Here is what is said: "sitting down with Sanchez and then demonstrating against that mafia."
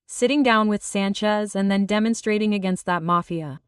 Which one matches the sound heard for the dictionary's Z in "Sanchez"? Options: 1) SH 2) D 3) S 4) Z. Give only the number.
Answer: 4